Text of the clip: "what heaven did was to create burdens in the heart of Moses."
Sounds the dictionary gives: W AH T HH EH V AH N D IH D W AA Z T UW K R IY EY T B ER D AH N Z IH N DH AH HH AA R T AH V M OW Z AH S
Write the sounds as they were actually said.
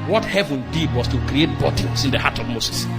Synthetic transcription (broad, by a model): W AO T HH EH V AH N D IH D W AA S T UW K R IY EY T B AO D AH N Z IH N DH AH HH AA T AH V M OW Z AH S